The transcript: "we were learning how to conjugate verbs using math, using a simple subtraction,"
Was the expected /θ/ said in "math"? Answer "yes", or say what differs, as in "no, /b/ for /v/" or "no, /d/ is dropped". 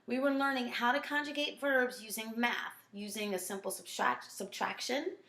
yes